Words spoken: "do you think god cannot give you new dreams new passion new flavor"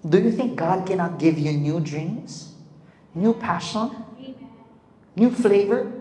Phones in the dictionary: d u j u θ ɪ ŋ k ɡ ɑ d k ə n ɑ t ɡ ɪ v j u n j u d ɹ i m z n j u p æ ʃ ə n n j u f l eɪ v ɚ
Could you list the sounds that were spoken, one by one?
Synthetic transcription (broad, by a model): d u j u θ ɪ ŋ k ɡ ɑ d k ə n ɑ t ɡ ɪ v j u n j u d ɹ i m z n j u p æ ʃ ə n n j u f l eɪ v ɚ